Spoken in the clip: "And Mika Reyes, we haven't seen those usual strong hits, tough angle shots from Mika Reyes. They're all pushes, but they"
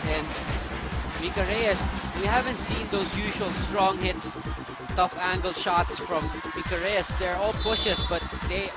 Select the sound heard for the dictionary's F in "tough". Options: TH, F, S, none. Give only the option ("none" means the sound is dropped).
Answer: F